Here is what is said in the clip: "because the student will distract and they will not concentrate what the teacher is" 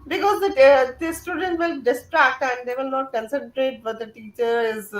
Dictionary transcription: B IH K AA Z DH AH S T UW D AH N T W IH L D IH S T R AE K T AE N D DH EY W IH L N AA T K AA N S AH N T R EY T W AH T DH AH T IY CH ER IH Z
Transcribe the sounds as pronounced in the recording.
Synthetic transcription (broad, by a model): B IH K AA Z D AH S T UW D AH N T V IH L D IH S T R AE K T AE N D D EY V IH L N AA T K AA N S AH N T R EY T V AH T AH T IY CH ER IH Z